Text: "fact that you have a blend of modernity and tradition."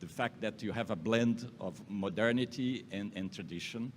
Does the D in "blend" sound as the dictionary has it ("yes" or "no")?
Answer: yes